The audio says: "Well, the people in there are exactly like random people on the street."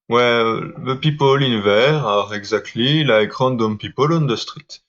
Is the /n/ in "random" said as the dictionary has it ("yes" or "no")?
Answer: no